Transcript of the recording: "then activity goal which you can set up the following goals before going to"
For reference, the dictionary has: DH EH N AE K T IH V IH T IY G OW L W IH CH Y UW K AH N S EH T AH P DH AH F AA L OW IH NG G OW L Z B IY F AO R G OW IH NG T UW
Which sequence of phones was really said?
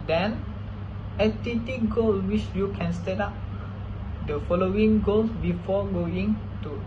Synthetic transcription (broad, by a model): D EH N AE T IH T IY G OW L W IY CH Y UW K AH N S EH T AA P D AH F AA L OW IH NG G OW L S B IY F AO G OW IH NG T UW